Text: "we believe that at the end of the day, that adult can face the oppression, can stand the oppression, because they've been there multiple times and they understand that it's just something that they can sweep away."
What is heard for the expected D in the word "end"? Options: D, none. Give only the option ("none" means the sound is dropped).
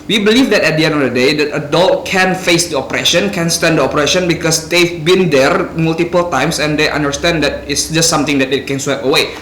none